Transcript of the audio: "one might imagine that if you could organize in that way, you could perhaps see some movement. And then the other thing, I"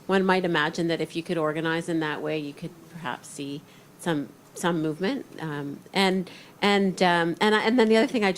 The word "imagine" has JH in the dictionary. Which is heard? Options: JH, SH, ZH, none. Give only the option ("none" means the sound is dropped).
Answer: JH